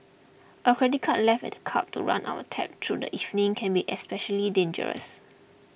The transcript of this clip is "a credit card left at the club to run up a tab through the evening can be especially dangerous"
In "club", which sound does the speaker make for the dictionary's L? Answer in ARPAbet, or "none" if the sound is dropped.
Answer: none